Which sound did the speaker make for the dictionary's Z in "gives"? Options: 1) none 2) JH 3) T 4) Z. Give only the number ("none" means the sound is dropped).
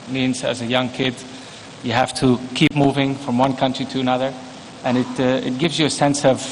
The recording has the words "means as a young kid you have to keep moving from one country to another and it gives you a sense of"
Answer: 4